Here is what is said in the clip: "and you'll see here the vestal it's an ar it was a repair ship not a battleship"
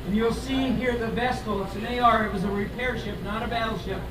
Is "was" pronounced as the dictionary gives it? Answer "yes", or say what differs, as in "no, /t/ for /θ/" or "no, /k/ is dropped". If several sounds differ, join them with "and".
yes